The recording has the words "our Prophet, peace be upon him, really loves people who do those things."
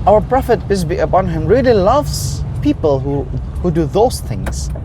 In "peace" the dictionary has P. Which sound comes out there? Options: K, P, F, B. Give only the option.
B